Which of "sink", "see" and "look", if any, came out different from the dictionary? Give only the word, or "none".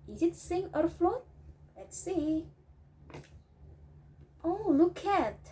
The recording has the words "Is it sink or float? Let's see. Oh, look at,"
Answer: sink